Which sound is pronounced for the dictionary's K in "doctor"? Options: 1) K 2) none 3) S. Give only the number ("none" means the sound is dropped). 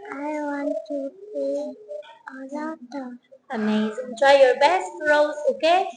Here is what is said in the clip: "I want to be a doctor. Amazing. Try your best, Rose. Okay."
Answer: 2